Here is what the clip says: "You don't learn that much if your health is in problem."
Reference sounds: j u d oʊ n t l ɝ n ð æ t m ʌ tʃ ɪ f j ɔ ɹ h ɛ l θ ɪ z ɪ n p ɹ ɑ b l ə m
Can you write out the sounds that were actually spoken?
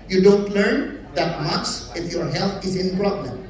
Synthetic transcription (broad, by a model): j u d oʊ n t l ɝ n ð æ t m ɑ s ɪ f j ɔ ɹ h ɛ l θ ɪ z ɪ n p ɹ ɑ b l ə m